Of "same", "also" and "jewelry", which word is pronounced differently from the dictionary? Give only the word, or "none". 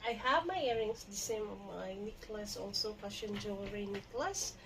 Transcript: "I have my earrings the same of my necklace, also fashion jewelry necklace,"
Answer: jewelry